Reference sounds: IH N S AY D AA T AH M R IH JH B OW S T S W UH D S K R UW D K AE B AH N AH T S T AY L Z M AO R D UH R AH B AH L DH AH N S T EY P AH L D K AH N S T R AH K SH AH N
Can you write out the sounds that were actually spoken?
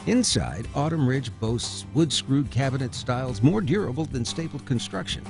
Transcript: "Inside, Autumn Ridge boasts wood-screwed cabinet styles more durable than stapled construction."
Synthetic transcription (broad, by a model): IH N S AY D AA T AH M R IH JH B OW S T S W UH D S K R UW D K AE B AH N AH T S T AY L Z M AO R D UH R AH B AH L DH AH N S T EY AH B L K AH N S T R AH K SH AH N